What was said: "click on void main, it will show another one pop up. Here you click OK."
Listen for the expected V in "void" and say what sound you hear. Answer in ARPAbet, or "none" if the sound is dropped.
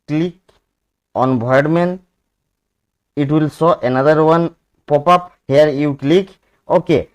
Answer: B